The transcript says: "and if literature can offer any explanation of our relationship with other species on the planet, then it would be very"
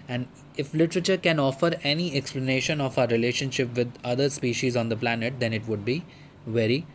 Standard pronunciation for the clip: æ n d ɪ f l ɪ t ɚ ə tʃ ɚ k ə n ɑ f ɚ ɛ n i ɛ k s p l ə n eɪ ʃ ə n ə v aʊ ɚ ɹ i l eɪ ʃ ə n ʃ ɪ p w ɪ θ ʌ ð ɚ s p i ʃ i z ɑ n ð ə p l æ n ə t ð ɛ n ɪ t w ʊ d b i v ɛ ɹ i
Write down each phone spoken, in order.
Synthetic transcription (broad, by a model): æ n d ɪ f l ɪ t ɚ ə tʃ ɚ k ə n ɑ f ɚ ɛ n i ɛ k s p l ə n eɪ ʃ ə n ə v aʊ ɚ ɹ i l eɪ ʃ ə n ʃ ɪ p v ɪ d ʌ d ɚ s p i ʃ i z ɑ n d ə p l æ n ə t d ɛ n ɪ t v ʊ d b i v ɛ ɹ i